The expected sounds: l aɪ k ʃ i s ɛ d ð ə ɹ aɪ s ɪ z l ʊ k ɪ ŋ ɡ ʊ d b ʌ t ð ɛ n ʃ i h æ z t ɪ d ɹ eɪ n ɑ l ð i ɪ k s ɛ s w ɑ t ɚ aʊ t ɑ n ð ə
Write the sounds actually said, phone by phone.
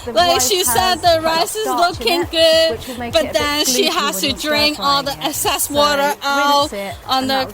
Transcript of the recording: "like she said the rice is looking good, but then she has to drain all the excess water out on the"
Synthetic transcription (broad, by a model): l aɪ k ʃ i s ɛ d ð ə ɹ aɪ s ɪ z l ʊ k ɪ ŋ ɡ ʊ d b ʌ t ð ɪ n ʃ i h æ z t ɪ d ɹ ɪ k ɑ l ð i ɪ s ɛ s w ɑ t ɚ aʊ t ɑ n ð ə